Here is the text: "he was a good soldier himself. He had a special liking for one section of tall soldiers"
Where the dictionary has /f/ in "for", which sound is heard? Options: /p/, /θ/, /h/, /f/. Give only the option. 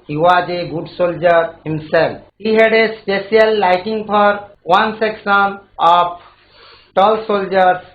/p/